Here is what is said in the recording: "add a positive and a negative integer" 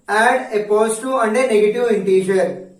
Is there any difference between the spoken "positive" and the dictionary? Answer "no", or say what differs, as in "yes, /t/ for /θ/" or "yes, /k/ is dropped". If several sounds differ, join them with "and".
yes, /v/ is dropped